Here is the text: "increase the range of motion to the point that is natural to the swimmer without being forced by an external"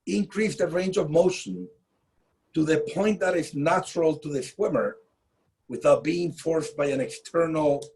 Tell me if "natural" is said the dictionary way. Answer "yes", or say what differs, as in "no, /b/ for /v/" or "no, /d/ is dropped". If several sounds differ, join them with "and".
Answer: yes